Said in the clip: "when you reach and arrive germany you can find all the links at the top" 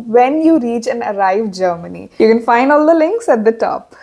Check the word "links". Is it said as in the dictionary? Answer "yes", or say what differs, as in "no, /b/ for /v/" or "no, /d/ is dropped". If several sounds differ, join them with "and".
yes